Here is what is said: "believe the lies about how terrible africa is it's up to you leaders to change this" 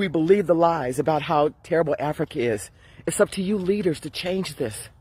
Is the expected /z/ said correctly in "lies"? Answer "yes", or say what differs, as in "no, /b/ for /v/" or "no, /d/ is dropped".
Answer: yes